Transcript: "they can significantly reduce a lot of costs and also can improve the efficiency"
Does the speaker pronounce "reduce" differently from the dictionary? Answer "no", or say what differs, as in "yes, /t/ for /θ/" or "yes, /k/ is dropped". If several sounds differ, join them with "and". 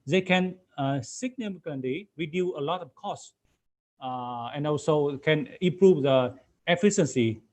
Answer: yes, /s/ is dropped